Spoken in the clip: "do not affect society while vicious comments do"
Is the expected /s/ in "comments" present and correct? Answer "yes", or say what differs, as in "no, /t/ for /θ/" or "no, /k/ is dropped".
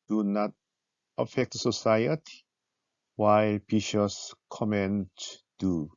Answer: no, /s/ is dropped